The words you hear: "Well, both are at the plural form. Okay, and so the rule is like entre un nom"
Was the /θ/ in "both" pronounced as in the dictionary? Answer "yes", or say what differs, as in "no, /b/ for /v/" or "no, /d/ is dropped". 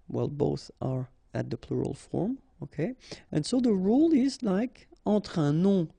yes